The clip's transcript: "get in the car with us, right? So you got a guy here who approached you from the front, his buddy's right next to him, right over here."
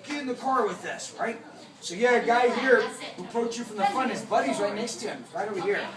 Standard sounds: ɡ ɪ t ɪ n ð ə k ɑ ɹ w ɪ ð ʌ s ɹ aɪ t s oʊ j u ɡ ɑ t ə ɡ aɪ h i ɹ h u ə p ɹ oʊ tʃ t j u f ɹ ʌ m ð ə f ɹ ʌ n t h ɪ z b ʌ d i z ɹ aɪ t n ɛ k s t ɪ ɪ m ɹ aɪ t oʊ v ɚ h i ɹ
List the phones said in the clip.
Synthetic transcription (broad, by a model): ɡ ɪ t ɪ n ð ə k ɑ ɹ w ɪ ð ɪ s ɹ aɪ t s oʊ j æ ə ɡ aɪ h i ɹ h u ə p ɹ oʊ tʃ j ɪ f ɹ ʌ m ð ə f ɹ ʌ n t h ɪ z b ʌ d i z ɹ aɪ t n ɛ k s t ɪ ɪ m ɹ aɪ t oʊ w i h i ɹ